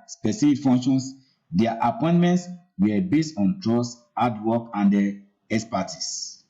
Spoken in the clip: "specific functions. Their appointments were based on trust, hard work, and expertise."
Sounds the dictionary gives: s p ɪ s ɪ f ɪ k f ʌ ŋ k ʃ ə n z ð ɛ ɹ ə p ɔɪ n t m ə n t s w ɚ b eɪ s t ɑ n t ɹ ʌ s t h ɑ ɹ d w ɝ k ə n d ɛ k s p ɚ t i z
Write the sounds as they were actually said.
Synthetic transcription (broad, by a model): s p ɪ s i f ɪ k f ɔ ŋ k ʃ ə n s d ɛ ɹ ə p ɔɪ n t m ə n t s w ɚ b eɪ s t ɑ n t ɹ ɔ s ɑ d w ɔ k ə n d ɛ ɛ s p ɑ t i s